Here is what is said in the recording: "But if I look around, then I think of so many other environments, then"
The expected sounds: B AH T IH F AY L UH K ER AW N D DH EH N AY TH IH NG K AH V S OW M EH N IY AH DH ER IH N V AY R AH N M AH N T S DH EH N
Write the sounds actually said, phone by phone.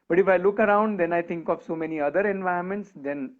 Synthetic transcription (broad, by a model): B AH T IH F AY L UH K ER AW N D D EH N AY T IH NG K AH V S OW M EH N IY AH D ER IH N V AY AH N M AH N T S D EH N